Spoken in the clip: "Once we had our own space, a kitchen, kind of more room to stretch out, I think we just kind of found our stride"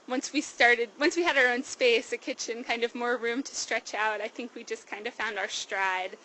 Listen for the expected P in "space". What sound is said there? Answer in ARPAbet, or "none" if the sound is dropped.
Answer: P